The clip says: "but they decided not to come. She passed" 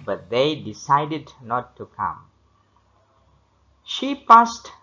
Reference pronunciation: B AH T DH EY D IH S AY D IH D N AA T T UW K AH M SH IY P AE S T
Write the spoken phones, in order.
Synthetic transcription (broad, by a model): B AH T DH EY D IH S AY D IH D N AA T T UW K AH M SH IY P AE S T